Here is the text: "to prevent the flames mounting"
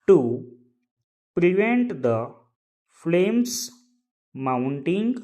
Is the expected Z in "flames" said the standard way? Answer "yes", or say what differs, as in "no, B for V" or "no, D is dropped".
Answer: no, S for Z